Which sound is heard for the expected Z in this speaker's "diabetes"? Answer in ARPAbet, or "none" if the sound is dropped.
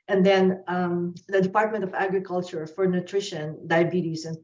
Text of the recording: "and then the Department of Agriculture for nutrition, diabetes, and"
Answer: S